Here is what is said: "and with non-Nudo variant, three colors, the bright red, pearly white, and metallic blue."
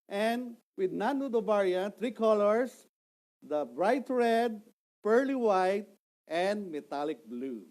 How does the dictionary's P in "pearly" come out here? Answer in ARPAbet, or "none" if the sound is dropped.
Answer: P